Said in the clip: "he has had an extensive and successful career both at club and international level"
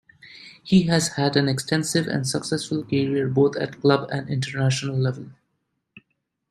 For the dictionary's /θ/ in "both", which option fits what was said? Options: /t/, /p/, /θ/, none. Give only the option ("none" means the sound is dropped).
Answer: /t/